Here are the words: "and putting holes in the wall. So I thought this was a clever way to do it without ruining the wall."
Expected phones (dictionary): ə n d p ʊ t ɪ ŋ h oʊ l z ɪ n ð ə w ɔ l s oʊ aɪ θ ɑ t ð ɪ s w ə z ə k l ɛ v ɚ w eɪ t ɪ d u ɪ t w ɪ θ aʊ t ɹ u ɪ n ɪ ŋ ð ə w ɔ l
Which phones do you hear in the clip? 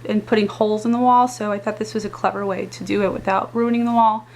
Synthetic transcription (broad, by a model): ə n p ʊ t ɪ ŋ h oʊ l z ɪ n ð ə w ɔ l s oʊ aɪ θ ɑ t ð ɪ s w ə z ə k l ɛ v ɚ w eɪ t ɪ d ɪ ɪ t w ɪ θ aʊ t ɹ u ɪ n ɪ ŋ ð ə w ɔ l